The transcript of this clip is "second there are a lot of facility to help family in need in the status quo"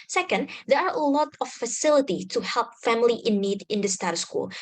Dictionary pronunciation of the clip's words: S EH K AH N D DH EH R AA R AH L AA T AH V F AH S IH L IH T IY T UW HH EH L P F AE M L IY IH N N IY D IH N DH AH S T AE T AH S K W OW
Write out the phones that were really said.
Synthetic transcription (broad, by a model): S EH K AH N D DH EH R AA R AH L AA T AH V F AH S IH L IH T IY T UW HH EH L P F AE M L IY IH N N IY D IH N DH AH S T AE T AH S K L